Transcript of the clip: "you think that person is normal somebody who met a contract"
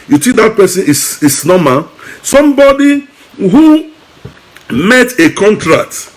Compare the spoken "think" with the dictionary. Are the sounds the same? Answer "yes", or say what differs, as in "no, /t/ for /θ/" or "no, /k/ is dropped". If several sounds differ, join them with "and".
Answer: no, /s/ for /θ/